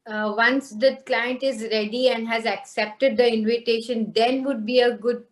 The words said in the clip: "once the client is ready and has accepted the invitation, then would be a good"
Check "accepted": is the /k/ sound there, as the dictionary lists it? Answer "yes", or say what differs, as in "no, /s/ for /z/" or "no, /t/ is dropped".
yes